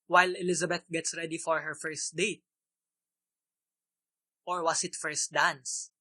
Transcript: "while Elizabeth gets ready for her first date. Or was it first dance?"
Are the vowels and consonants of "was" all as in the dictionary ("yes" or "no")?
no